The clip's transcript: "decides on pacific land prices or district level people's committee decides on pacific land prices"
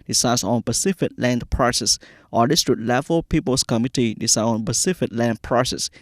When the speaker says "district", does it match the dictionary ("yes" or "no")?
no